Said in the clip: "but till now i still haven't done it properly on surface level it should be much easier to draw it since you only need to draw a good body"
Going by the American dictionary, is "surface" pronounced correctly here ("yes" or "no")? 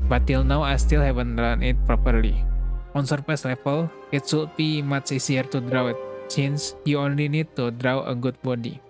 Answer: no